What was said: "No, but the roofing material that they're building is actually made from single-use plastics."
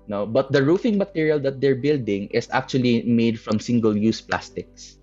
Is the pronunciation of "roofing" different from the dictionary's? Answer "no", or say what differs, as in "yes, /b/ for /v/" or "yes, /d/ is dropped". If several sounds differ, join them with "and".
no